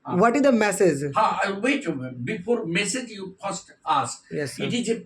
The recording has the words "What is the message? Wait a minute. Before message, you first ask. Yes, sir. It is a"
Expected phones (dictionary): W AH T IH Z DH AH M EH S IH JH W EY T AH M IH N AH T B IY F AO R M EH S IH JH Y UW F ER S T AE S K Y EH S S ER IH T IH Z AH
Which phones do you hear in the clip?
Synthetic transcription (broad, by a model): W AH T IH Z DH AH M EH S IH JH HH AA AH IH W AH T B IY F AO R M EH S IH JH Y UW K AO S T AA S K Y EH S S IH T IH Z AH